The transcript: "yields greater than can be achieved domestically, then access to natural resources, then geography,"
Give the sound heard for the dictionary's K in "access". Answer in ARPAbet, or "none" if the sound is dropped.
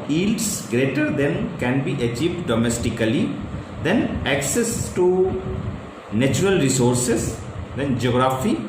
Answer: K